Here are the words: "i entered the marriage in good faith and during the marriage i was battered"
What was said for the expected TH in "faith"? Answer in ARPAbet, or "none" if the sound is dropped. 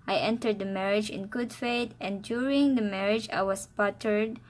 T